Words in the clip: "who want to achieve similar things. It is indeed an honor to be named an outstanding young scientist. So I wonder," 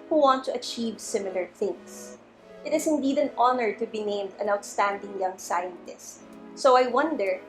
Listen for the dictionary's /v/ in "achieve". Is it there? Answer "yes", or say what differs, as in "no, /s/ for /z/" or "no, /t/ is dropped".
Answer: yes